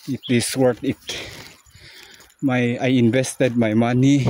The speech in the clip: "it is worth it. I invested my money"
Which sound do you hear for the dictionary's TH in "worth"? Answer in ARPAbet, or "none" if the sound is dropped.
T